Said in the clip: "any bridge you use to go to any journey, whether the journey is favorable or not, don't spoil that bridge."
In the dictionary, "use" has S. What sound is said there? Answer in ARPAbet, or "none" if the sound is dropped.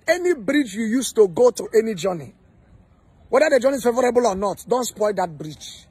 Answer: S